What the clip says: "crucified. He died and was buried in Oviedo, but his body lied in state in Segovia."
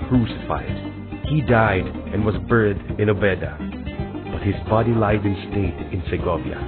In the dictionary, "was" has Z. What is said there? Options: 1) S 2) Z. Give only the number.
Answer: 2